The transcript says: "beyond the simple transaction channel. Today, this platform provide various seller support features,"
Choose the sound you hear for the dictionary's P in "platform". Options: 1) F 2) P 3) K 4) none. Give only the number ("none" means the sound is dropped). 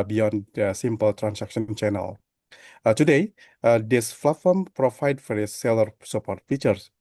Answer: 1